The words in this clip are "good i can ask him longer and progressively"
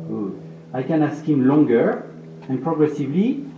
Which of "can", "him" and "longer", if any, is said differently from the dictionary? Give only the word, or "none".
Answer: none